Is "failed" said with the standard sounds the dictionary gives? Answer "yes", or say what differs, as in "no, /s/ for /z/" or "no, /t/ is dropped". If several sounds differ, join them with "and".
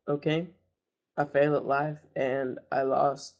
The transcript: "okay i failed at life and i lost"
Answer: no, /d/ is dropped